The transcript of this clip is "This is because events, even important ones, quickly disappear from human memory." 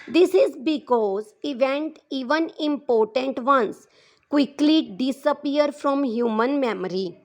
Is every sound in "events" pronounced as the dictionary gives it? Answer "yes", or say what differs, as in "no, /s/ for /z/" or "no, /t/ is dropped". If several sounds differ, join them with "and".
no, /s/ is dropped